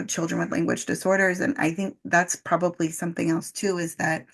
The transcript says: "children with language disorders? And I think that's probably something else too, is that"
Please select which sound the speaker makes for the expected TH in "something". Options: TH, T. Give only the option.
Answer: TH